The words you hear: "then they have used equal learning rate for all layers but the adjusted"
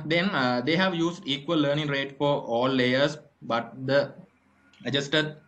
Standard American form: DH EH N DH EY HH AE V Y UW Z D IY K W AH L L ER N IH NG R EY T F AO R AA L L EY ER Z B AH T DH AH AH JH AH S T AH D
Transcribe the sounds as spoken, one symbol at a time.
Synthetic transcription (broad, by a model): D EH N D EY HH AE V Y UW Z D IY K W AH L L ER N IH NG R EY T F AO R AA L L EY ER S B AH T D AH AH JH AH S T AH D